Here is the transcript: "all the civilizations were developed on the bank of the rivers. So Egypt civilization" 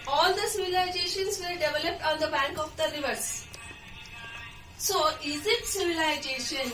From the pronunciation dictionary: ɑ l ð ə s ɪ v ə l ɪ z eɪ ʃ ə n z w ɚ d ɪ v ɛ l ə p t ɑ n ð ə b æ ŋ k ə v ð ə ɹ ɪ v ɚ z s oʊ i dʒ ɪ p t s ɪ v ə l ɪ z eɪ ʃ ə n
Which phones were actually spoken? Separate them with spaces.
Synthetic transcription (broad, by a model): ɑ l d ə s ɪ v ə l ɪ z eɪ ʃ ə n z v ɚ d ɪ v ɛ l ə p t ɑ n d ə b æ ŋ k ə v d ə ɹ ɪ v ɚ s s oʊ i z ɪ t s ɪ v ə l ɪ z eɪ ʃ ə n